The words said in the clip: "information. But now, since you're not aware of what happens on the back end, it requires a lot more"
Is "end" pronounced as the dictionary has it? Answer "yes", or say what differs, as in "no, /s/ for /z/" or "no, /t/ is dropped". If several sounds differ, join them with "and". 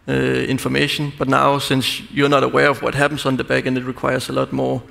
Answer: no, /d/ is dropped